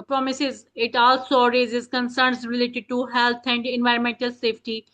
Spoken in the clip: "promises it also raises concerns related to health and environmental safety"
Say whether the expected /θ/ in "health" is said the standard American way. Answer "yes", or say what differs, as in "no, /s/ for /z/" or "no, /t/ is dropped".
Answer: no, /t/ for /θ/